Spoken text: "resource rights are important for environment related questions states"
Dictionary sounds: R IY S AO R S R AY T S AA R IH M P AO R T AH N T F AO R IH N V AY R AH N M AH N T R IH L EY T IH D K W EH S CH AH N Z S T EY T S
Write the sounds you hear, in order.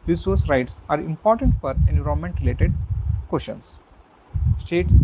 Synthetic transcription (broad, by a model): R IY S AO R S R AY T S AA R IH M P AO R T AH N T F AO R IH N UW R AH M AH N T R IH L EY T IH D K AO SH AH N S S T EY T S